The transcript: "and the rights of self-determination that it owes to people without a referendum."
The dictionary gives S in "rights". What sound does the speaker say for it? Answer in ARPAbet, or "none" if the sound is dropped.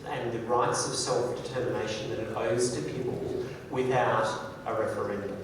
S